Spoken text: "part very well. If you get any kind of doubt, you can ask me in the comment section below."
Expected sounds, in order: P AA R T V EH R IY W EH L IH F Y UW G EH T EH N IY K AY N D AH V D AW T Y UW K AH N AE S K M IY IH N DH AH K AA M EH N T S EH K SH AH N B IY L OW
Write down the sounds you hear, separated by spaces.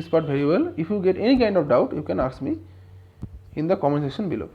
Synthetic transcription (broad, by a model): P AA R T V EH R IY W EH L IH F Y UW G EH T EH N IY K AY N D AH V D AW T Y UW K AH N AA S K M IY IH N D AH K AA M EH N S EH SH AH N B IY L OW